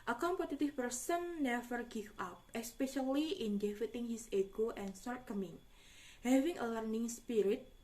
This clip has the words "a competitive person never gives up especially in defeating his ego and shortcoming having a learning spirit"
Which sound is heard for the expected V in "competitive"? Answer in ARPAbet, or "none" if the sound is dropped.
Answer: F